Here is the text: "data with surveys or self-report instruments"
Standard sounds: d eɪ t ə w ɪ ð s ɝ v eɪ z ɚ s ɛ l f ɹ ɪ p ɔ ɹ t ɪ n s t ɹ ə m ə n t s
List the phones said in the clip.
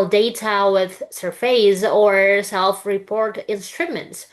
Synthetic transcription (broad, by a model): d eɪ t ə w ɪ ð s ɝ f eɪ z ɚ s ɛ l f ɹ ɪ p ɔ ɹ t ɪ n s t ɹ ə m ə n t s